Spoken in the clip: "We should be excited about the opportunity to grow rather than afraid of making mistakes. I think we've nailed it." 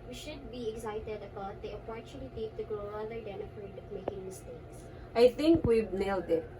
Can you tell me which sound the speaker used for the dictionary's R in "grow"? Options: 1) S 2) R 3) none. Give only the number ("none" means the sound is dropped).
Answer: 2